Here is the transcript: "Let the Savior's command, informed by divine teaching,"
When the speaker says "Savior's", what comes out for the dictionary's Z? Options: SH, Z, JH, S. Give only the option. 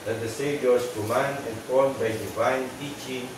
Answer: S